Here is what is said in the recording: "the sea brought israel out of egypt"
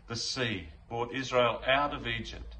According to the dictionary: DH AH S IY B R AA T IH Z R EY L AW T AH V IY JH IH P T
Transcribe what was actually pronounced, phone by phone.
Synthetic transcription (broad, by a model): DH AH S IY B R AA T IH Z R EY L AW T AH V IY JH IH P T